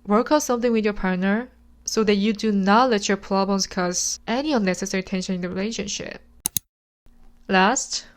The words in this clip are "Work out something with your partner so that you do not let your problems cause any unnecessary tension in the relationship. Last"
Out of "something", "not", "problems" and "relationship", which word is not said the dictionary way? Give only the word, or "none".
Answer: problems